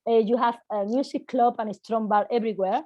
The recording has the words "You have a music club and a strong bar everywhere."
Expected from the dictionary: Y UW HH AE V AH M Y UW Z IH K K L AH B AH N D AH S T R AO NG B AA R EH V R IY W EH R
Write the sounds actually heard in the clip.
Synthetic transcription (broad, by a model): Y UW HH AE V AH M Y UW S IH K K L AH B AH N AH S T R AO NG B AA L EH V R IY W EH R